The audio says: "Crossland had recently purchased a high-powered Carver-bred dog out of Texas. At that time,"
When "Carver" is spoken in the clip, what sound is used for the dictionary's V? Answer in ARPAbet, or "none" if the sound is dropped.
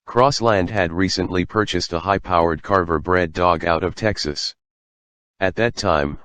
V